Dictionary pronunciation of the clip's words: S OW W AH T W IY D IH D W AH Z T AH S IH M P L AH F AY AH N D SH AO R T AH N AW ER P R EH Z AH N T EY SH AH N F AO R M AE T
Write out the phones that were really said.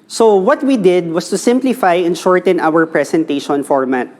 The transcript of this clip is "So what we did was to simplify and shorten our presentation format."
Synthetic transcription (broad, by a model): S OW W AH T W IY D IH D W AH S T AH S IH M P L AH F AY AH N SH AO R T AH N AW ER P R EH S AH N T EY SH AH N F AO R M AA T